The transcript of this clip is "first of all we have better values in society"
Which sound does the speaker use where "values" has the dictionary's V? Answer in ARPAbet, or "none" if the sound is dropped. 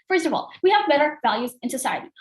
V